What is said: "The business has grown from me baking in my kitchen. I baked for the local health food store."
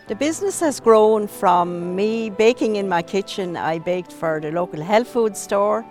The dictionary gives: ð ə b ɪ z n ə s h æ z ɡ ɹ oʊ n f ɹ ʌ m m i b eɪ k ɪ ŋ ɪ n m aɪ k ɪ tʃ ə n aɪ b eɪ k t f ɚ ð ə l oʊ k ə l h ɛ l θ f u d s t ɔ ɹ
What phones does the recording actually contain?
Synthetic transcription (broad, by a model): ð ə b ɪ z n ə s h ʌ z ɡ ɹ oʊ n f ɹ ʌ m m i b eɪ k ɪ ŋ ɪ n m aɪ k ɪ tʃ ə n aɪ b eɪ k t f ɚ ð ə l oʊ k ə l h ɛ l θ f u d s t ɔ ɹ